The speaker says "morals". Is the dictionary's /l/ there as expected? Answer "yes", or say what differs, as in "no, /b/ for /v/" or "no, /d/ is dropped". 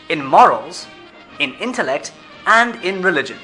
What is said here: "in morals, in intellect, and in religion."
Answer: yes